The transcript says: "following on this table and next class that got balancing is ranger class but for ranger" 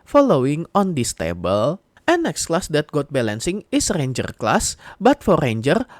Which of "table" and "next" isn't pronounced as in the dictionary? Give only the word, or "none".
none